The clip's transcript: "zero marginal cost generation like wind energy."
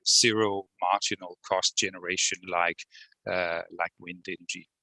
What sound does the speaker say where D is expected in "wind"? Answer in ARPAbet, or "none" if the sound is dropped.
D